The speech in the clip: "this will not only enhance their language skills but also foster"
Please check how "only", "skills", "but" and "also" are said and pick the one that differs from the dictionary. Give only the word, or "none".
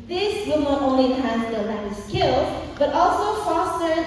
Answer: skills